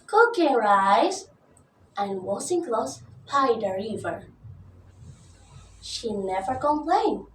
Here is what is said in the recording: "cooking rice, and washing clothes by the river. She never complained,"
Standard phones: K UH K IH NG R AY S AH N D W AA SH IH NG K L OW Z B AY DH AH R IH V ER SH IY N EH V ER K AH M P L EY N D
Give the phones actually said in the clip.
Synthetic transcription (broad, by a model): K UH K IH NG R AY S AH N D W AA S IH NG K L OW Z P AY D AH R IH V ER SH IY N EH V ER K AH M P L EY N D